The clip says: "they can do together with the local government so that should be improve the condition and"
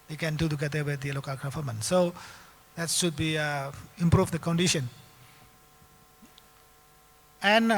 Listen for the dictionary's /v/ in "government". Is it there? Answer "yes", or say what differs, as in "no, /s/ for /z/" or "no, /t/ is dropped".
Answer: no, /f/ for /v/